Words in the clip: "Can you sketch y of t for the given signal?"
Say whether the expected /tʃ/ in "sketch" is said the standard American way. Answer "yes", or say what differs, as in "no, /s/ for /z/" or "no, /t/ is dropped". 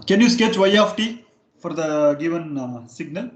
yes